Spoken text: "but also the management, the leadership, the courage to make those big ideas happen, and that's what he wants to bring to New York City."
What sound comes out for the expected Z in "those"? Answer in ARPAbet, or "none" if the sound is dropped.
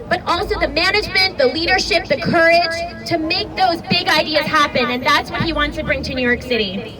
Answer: Z